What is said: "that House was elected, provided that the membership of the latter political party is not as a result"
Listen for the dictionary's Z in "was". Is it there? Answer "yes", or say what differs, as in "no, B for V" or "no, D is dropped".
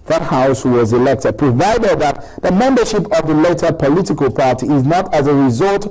yes